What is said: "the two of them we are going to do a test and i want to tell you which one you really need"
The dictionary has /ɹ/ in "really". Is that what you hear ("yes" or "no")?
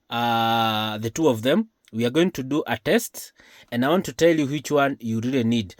yes